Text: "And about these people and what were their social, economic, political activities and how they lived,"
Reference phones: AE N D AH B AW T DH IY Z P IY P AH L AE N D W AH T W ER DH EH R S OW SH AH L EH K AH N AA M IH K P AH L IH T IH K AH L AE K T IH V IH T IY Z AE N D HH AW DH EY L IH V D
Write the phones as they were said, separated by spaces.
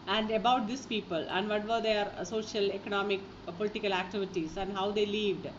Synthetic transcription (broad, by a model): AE N D AH B AW T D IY S P IY P AH L AE N D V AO T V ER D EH R S OW SH AH L EH K AH N AA M IH K P AH L IH T IH K AH L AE K T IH V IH T IY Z AE N D HH AW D EY L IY V D